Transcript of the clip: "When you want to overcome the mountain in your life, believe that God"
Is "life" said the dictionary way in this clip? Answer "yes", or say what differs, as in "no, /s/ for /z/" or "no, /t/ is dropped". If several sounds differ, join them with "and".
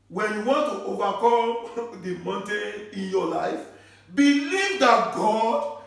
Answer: yes